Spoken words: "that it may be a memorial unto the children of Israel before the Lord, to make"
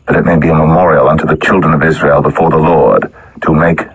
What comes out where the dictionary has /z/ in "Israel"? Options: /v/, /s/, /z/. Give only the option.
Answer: /z/